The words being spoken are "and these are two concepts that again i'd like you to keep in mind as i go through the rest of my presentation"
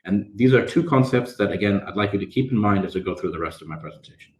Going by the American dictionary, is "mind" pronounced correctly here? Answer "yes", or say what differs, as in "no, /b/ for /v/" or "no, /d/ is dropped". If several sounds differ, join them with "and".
yes